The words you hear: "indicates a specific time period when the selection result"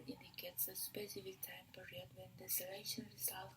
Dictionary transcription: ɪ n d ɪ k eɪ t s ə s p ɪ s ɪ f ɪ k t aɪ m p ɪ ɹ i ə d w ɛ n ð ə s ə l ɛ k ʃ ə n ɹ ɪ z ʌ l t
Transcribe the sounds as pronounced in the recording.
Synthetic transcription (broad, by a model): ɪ n d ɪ k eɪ t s ə s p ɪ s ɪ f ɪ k t aɪ m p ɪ ɹ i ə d w ɛ n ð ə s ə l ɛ ʃ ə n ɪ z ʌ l